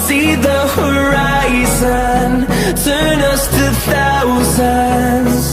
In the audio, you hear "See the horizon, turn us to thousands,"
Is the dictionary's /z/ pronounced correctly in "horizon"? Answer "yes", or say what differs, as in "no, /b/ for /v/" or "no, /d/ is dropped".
yes